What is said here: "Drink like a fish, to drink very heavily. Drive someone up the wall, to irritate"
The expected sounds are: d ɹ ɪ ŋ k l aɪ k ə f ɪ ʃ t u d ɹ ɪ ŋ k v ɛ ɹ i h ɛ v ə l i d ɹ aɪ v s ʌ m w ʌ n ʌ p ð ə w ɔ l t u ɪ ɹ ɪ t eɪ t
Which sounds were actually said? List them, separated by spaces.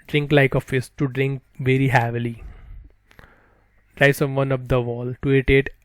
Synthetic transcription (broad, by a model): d ɹ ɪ ŋ k l aɪ k ə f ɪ s t u d ɹ ɪ ŋ k v ɛ ɹ i h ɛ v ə l i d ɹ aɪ s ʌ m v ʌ n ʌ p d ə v ɔ l t u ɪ t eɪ t